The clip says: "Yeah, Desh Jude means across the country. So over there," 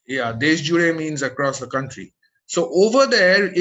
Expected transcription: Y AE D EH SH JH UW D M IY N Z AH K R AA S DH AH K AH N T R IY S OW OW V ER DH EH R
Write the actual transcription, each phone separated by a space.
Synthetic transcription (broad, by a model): Y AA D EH S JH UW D M IY N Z AH K R AA S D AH K AH N T R IY S OW OW V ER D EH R